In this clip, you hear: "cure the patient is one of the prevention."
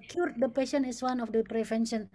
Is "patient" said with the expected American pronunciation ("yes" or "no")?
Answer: no